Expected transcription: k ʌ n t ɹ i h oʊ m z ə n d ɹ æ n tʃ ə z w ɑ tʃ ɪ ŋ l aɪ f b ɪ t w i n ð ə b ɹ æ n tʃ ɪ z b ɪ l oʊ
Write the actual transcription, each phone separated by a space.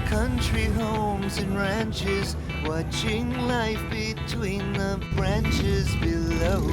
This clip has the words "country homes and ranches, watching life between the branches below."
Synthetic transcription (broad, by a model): k ʌ n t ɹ i h oʊ m z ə n ɹ æ n tʃ ə z w ɑ tʃ ɪ ŋ l aɪ f b ɪ t w i n ð ə b ɹ æ n tʃ ɪ z b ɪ l oʊ